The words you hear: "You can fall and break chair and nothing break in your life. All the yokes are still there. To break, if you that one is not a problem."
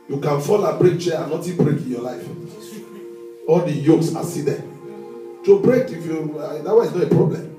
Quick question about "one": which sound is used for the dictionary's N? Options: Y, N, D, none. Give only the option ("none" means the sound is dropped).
none